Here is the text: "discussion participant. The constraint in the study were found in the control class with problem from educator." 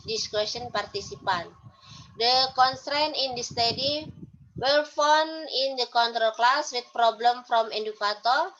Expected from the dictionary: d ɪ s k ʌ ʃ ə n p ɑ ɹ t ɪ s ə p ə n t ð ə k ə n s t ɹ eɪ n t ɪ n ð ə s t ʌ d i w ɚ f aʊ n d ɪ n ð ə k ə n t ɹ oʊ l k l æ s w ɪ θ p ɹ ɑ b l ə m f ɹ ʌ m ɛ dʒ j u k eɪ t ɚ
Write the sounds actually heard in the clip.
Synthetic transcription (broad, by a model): d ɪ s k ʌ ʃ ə n p ɑ ɹ t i s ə p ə n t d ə k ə n s t ɹ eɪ n ɪ n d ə s t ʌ d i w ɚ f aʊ n ɪ n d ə k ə n t ɹ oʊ l k l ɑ s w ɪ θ p ɹ ɑ b l ə m f ɹ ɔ m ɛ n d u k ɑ t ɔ